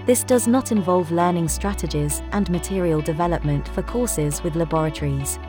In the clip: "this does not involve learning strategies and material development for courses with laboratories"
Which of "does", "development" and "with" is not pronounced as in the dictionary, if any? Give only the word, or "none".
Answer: none